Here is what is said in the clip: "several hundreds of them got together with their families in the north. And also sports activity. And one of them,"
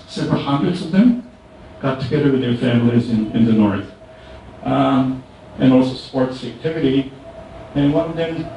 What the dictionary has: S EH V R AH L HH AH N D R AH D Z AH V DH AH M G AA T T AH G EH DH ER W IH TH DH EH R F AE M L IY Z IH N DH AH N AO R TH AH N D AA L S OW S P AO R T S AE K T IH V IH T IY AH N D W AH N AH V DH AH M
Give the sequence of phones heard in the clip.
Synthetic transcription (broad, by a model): S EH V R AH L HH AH N D R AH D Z AH V DH AH M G AA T T AH G EH DH ER W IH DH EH R F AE M L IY Z IH N DH AH N AO R TH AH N AA L S OW S P AO R T S AE K T IH V IH T IY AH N W AH N AH V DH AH M